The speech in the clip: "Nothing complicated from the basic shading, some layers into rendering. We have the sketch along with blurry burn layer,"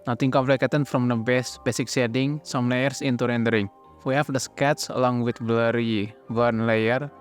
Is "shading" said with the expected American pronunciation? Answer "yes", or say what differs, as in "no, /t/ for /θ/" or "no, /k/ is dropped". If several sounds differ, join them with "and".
no, /s/ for /ʃ/